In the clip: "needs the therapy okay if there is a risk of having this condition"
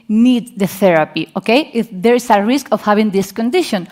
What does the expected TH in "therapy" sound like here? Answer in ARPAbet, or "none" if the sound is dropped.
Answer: TH